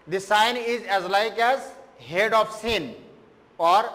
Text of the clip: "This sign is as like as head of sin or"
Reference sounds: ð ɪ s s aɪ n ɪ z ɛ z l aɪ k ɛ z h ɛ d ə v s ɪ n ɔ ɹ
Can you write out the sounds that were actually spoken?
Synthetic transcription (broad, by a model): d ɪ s s aɪ n ɪ z ɛ z l aɪ k ɛ z h ɛ d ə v s ɪ n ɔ ɹ